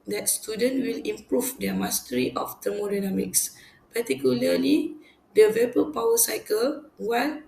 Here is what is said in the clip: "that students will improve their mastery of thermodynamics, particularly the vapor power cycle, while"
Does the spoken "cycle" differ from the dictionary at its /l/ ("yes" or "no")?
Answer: no